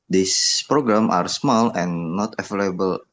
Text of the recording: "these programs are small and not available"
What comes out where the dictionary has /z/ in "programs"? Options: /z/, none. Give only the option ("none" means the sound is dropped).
none